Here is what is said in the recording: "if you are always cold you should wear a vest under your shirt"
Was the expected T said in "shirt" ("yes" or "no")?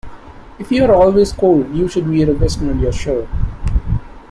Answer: no